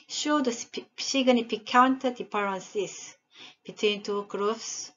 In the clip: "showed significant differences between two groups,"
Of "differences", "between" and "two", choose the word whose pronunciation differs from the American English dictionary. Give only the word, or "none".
differences